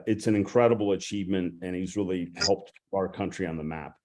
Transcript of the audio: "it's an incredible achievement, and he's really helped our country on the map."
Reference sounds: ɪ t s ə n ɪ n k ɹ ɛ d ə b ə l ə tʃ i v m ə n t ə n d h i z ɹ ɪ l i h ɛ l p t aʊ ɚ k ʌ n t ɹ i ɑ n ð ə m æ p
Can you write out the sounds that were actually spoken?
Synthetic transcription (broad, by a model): ɪ t s ə n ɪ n k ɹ ɛ d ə b l ə tʃ i v m ə n t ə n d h i z ɹ ɪ l i h ɛ l p t aʊ ɚ k ʌ n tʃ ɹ i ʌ n ð ə m æ p